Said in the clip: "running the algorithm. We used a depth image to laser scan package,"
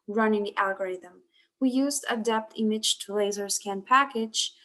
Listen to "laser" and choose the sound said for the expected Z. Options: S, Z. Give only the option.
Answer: Z